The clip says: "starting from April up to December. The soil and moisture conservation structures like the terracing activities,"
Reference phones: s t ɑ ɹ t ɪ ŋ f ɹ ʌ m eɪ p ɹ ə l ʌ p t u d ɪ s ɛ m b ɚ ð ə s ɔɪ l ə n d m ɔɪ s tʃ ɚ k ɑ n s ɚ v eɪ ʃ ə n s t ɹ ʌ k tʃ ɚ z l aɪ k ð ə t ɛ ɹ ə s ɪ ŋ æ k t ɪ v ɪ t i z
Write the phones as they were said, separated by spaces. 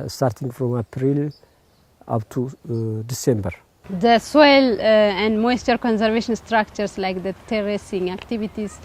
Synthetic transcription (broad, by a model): s t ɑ ɹ t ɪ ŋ f ɹ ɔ m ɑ p ɹ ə l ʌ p t u d ɪ s ɛ m b ɚ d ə s ɔɪ l ə n d m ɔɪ s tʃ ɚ k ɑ n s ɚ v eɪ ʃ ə n s t ɹ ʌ k tʃ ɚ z l aɪ k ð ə t ɛ ɹ ə s ɪ ŋ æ k t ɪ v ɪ t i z